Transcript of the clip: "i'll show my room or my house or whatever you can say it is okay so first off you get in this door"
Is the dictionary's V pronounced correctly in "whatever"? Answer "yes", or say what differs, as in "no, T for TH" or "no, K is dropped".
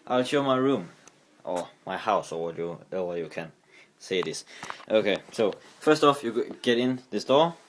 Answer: no, W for V